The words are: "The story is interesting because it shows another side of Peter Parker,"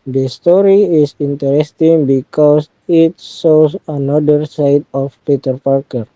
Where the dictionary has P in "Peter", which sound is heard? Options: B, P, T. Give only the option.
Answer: P